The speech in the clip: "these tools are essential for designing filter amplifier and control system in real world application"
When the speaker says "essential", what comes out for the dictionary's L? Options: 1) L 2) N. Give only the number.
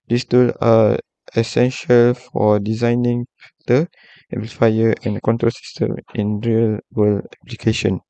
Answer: 1